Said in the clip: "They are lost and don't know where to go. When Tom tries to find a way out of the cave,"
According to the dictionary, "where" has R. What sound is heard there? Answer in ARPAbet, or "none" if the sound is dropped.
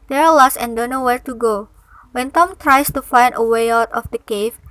R